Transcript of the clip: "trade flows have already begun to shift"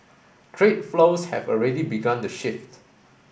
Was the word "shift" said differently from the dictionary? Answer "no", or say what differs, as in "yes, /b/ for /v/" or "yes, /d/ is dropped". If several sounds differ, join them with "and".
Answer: no